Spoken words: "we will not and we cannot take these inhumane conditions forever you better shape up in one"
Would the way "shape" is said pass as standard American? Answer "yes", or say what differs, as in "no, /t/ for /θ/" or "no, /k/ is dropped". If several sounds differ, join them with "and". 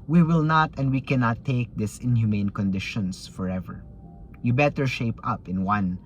yes